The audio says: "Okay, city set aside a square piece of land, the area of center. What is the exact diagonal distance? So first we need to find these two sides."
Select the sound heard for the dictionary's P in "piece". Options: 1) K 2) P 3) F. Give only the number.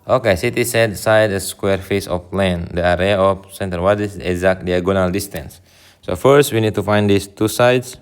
3